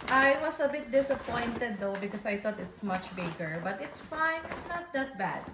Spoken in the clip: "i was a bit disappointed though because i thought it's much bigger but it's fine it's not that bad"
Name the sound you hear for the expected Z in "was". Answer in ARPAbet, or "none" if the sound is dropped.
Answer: S